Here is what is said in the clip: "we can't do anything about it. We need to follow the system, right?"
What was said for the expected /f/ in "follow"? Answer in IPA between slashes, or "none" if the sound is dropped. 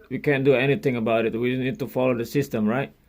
/f/